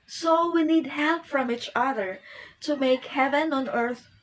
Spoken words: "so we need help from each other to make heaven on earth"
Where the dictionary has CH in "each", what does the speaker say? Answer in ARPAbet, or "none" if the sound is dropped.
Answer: CH